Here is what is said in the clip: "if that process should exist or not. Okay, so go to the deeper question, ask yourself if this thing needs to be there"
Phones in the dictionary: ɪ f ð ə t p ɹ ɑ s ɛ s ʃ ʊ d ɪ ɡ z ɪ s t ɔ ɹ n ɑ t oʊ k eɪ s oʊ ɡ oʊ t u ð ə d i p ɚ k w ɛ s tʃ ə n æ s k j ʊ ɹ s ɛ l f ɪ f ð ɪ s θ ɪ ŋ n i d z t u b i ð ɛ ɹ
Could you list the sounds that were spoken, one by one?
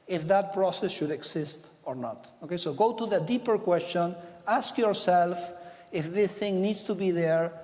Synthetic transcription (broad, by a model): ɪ f ð ə t p ɹ ɑ s ɛ s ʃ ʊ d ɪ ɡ s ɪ s t ɔ ɹ n ɑ t oʊ k eɪ s oʊ ɡ oʊ t u ð ə d i p ɚ k w ɛ s tʃ ə n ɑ s k j ʊ ɹ s ɛ l f ɪ f ð ɪ s θ ɪ ŋ n i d s t u b i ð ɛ ɹ